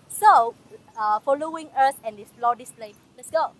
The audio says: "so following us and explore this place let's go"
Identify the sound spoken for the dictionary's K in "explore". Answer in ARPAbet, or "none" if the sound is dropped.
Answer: none